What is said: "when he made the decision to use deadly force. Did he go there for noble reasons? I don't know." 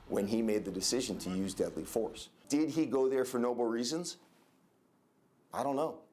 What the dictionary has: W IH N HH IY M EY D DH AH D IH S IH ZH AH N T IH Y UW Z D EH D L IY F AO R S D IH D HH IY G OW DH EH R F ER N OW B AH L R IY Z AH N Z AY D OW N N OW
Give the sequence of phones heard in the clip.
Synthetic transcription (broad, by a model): W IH N IY M EY D DH AH D IH S IH ZH AH N T IH Y UW Z D EH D L IY F AO R S D IH D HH IY G OW DH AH R F ER N OW B L R IY Z AH N Z AY D OW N N OW